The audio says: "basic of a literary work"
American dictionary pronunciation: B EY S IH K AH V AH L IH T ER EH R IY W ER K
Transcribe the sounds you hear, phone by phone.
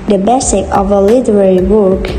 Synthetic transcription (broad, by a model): B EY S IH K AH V AH L IH T ER EH R IY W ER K